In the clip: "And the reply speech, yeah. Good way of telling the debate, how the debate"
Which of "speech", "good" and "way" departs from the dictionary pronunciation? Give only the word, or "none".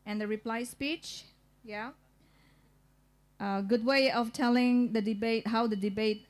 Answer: none